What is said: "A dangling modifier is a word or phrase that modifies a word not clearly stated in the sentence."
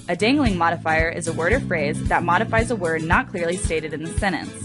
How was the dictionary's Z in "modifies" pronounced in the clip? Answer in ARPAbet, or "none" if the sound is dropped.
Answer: Z